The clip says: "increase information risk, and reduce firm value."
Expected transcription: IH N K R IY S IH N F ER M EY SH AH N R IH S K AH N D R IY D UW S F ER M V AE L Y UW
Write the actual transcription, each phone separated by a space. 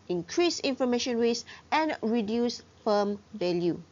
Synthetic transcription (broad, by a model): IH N K R IY S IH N F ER M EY SH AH N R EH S AH N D R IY D UW S F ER M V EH L Y UW